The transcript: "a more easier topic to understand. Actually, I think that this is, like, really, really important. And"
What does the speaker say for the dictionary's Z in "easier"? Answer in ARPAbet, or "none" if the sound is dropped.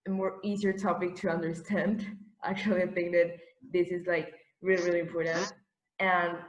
Z